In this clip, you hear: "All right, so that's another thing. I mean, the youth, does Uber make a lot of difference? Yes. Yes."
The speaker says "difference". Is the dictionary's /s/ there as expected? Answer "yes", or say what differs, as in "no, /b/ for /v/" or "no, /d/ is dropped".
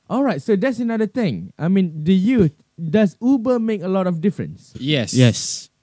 yes